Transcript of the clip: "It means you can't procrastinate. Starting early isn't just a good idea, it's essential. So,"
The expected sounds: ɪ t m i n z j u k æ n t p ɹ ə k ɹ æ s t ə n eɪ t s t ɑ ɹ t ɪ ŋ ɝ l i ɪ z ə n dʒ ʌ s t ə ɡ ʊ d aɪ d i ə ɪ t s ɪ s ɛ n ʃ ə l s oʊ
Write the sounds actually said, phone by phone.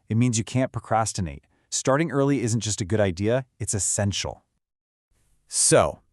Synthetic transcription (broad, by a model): ɪ t m i n z j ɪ k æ n p ɹ ə k ɹ æ s t ə n eɪ t s t ɑ ɹ t ɪ ŋ ɝ l i ɪ z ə n dʒ ʌ s t ə ɡ ʊ d aɪ d i ə ɪ t s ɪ s ɛ n ʃ l s oʊ